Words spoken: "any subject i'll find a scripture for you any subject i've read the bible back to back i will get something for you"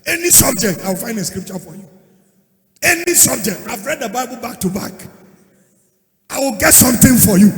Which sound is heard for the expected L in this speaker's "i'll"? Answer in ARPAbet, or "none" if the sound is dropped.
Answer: W